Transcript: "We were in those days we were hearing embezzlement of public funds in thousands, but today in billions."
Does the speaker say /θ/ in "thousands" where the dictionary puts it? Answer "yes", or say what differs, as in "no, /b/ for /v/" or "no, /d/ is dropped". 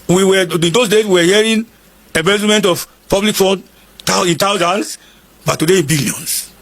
no, /t/ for /θ/